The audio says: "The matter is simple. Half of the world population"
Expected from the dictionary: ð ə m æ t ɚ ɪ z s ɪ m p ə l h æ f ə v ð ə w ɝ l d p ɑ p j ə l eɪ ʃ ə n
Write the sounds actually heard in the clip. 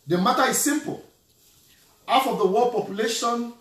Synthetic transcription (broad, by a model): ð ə m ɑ t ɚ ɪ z s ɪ m p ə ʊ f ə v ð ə w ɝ d p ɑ p j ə l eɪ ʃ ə n